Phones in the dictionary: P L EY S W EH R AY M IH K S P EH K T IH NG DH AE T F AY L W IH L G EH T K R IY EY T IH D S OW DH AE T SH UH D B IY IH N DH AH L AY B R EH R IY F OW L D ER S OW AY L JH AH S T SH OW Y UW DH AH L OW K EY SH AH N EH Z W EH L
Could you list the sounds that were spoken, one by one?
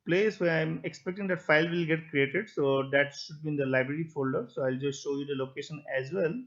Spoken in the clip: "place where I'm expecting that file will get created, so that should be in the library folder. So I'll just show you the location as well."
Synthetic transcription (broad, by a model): P L EY S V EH R AY M IH K S P EH K T IH NG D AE T F AY L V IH L G EH T K R IY EY T IH D S OW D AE T SH UH D B IY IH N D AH L AY B R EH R IY F OW L D ER S OW AY L JH AH S T SH OW Y UW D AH L OW K EY SH AH N EH Z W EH L